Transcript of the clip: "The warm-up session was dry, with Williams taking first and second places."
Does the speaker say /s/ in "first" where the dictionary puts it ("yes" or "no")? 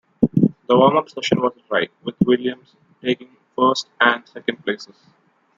yes